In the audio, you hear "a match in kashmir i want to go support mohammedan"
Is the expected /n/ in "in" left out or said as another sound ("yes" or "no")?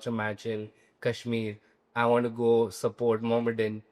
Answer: yes